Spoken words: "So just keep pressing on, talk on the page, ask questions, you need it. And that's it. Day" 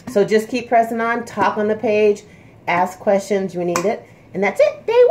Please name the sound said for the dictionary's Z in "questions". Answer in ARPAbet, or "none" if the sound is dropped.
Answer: Z